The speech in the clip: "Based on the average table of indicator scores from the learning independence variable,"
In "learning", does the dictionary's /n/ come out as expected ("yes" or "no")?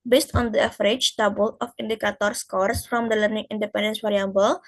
yes